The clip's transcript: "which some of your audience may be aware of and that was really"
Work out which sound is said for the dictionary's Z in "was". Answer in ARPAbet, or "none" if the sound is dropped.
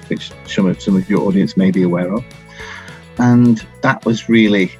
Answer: Z